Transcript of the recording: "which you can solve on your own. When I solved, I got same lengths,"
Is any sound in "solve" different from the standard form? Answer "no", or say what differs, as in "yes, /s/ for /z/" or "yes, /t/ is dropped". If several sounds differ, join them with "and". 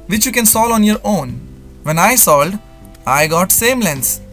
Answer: yes, /v/ is dropped